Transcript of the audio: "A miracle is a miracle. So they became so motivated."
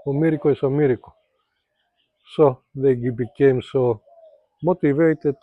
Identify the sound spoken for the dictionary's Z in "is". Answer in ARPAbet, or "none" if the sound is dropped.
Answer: S